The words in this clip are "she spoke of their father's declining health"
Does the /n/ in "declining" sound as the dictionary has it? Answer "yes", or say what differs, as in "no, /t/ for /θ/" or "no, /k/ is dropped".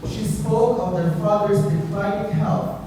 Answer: no, /n/ is dropped